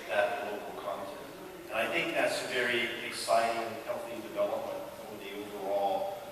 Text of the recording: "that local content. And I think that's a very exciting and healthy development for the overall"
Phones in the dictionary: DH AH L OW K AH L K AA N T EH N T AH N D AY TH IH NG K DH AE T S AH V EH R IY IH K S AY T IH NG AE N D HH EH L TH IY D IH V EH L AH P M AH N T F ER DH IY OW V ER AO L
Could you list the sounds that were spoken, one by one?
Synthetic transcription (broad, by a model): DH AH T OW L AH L K AA N T EH N T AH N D AY TH IH NG K DH AE T S AH V EH R IY IH K S AY T IH NG HH EH L TH IY D IH V EH L AH P M AH N T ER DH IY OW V ER AO L